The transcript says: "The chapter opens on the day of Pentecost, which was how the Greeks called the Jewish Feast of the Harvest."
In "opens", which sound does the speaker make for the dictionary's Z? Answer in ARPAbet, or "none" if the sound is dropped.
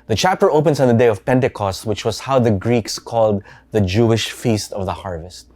S